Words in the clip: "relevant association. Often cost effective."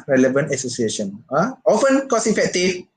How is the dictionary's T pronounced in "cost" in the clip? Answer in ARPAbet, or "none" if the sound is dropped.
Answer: none